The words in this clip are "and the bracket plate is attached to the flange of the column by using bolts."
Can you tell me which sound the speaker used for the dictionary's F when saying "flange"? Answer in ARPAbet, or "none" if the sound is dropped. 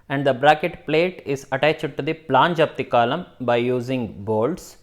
P